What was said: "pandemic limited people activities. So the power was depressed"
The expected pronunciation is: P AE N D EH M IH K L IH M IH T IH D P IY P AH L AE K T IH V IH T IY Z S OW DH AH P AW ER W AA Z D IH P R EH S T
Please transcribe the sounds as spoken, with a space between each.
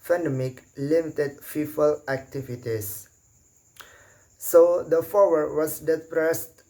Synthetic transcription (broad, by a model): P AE N D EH M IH K L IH M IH T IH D F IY F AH L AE K T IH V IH T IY S OW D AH F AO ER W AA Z D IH P R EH S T